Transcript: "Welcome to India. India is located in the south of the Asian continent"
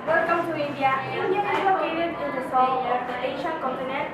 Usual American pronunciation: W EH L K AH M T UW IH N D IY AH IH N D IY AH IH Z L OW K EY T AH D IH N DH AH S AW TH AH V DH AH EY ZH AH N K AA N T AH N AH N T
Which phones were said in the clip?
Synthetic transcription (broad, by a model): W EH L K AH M T UW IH N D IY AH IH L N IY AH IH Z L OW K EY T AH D IH N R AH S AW T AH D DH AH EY SH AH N K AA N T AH N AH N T